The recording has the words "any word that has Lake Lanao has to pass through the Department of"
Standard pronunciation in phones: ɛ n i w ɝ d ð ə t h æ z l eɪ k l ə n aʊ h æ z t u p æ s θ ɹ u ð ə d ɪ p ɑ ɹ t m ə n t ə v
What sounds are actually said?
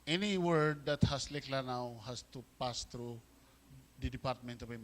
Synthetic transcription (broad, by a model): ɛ n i w ɝ d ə t h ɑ s l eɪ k l ə n aʊ h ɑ s t u p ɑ s t ɹ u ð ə d ɪ p ɑ ɹ t m ə n t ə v